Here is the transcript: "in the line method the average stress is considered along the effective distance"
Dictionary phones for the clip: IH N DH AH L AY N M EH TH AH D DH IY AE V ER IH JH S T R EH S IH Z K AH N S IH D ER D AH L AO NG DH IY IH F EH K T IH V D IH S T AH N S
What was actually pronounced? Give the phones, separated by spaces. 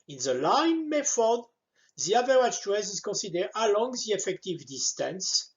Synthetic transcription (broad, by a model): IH N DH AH L AY N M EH F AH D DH IY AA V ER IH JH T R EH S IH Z K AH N S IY D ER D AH L AO NG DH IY IH F EH K T IH V D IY S T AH N S